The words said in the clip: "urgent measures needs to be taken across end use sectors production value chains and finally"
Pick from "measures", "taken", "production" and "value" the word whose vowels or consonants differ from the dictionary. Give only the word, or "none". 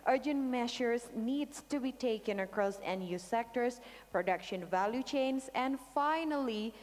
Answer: measures